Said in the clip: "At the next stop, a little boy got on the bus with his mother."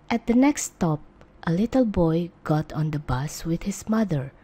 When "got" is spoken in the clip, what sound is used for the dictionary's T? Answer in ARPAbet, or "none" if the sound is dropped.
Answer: T